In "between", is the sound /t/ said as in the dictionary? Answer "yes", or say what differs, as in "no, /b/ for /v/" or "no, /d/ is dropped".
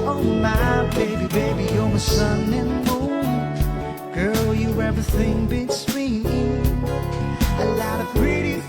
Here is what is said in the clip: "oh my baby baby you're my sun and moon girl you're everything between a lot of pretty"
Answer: no, /s/ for /t/